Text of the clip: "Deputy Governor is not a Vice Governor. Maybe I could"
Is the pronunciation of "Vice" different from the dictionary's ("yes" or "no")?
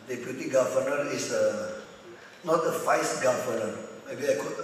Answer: yes